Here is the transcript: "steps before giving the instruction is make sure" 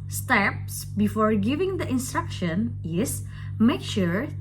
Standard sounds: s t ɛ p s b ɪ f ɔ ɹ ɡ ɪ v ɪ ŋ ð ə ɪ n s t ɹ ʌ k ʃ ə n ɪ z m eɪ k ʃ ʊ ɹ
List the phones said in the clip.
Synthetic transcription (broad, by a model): s t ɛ p s b ɪ f ɔ ɹ ɡ ɪ v ɪ ŋ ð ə ɪ n s t ɹ ʌ k ʃ ə n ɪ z m eɪ k ʃ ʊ ɹ